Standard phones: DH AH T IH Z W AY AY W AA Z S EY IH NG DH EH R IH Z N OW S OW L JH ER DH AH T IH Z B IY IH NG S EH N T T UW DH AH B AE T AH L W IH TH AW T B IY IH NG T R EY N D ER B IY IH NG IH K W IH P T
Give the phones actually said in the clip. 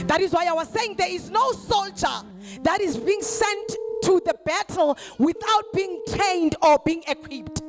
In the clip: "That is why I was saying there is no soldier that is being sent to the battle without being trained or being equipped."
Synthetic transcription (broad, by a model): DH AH T IH Z W AY AY W AA Z S EY IH NG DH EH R IH Z N OW S OW L JH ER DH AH T IH Z B IY IH NG S EH N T T UW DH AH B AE T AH L W IH TH AW T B IY NG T EY N D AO B IY IH NG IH K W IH P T